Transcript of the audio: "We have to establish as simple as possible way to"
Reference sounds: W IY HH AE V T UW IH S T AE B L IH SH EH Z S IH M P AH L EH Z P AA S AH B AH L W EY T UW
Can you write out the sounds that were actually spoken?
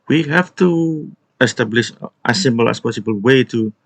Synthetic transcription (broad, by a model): W IY HH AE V T UW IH S T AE B L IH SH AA S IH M B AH L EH S P AA S AH B AH L W EY T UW